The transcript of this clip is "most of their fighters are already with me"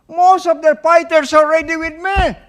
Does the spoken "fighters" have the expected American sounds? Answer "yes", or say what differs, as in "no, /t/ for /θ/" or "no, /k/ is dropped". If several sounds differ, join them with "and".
no, /s/ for /z/